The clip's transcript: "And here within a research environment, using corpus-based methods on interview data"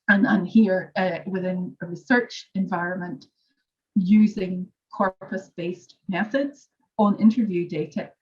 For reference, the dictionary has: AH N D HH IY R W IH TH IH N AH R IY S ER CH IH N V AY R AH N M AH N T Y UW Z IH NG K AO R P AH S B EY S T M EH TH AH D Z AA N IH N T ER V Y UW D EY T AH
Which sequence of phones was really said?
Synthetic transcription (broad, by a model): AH N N HH IY R W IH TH IH N AH R IY S ER CH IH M V AY R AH N M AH N T Y UW Z IH NG K AO R P AH S B EY S T M EH TH AH D Z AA N IH N T ER V Y UW D EY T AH